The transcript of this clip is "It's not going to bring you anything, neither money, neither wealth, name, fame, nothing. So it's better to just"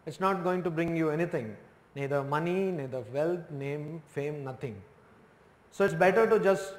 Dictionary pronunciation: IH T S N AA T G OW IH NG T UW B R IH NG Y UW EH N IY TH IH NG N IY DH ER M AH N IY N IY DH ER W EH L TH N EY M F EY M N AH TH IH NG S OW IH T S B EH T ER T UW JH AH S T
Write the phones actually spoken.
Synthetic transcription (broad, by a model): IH T S N AA T G OW IH NG T UW B R IH NG Y UW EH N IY T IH NG N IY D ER M AH N IY N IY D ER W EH L T N EY M F EY M N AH T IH NG S OW IH T S B EH T ER T UW JH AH S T